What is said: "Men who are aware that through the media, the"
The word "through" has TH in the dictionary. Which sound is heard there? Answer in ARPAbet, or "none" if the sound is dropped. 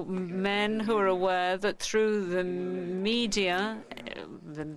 TH